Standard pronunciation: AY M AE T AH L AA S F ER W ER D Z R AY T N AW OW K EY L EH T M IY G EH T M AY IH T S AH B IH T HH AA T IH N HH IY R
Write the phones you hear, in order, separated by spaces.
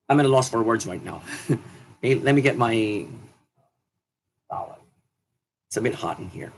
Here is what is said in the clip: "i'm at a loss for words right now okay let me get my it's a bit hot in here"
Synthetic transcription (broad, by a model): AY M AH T AH L AA S F ER W ER D Z R AY T N AW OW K EY L EH T M IY G EH T M AY IH T S AH B IH T HH AA T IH N HH IY R